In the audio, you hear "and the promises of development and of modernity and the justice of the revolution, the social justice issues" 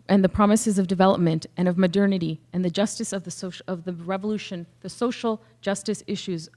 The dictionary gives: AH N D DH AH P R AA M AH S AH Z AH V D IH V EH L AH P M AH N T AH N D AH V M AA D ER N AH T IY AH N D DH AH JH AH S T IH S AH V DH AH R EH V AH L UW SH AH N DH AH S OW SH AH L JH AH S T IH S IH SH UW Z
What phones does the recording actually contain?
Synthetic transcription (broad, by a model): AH N DH AH P R AA M AH S AH Z AH V D IH V EH L AH P M AH N T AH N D AH V M AA D ER N AH T IY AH N DH AH JH AH S T IH S AH V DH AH R EH V AH L UW SH AH N DH AH S OW SH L JH AH S T IH S IH SH UW Z